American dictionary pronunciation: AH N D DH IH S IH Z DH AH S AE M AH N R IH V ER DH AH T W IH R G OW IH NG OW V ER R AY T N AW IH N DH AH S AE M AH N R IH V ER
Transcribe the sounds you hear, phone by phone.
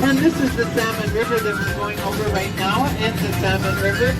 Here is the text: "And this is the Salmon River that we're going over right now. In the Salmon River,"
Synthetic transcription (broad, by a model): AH N DH IH S IH Z DH AH S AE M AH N R IH V ER DH AH T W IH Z G OW IH NG OW V ER R AY T N AW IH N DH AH S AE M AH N R IH V ER